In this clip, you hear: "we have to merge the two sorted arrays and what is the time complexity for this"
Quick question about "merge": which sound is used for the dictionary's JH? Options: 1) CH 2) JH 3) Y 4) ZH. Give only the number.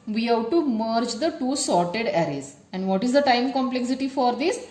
2